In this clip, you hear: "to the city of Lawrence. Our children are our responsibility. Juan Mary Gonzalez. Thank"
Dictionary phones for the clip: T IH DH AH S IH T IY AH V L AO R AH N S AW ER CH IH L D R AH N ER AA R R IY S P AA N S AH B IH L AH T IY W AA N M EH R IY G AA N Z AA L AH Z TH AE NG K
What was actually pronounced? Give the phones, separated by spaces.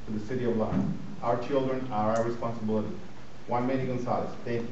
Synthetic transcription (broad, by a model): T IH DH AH S IH T IY AH V L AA AH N AW ER CH IH L D R AH N ER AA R R IY S P AA N S AH B IH L AH T IY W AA N M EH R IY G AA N S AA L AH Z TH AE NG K